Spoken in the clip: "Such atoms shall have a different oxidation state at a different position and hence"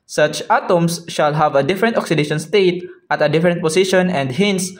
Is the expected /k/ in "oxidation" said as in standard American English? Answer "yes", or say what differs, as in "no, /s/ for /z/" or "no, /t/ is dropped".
yes